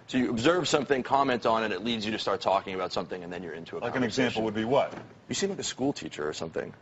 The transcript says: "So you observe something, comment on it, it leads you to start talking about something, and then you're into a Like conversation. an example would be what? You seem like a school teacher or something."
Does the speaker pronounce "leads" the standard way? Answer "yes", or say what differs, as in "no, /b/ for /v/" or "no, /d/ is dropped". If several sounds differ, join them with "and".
yes